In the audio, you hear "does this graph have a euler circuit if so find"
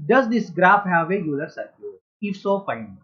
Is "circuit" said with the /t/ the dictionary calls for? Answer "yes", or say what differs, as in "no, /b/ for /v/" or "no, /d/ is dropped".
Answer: no, /t/ is dropped